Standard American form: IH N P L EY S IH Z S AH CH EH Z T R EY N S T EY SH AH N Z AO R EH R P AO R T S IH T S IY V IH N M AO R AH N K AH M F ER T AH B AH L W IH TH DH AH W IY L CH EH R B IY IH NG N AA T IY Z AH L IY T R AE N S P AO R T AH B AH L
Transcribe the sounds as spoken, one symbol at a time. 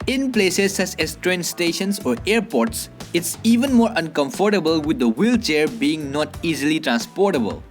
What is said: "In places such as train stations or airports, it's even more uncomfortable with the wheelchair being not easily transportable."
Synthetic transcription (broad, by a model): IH N P L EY S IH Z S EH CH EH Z T R EY N S T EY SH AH N S AO R EH R P AO R T S IH T S IY V IH N M AO R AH N K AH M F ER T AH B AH L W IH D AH W IY L CH EH R B IY IH NG N AA T IY Z AH L IY T R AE N S P AO R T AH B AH L